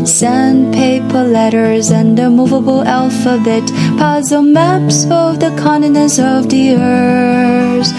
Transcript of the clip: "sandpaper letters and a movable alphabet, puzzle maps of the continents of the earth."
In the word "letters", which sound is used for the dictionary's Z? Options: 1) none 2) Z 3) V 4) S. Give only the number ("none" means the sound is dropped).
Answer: 2